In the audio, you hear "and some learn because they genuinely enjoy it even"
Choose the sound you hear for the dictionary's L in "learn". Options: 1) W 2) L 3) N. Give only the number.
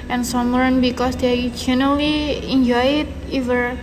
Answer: 1